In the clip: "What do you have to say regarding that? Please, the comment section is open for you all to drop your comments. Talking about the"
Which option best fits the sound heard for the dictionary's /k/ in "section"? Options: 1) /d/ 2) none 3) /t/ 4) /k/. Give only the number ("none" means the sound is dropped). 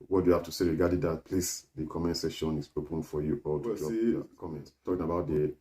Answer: 2